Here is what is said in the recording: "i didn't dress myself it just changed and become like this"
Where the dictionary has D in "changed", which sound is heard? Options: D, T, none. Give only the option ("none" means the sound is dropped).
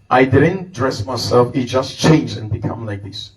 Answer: none